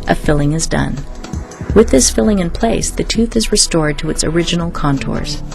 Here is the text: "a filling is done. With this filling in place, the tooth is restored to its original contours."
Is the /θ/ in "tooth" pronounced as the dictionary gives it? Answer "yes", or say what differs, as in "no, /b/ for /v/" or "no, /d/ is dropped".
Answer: yes